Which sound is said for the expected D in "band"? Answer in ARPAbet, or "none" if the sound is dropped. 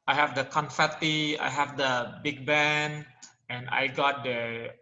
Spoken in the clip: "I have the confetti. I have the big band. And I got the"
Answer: none